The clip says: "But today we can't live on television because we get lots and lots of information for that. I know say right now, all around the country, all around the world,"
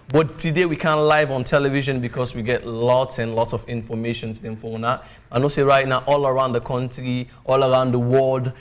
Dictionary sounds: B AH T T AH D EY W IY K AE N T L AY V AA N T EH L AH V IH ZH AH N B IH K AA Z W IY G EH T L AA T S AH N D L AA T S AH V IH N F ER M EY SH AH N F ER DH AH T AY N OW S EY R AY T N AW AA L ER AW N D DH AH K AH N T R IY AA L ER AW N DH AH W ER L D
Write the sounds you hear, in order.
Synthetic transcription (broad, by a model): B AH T T AH D EY W IY K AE N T L AY V AA N T EH L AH V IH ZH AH N B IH K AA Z W IY G EH T L AA T S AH N L AA T S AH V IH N F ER M EY SH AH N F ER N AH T AY N OW S EY R AY T N AW AA L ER AW N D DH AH K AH N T R IY AA L ER AW N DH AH W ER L D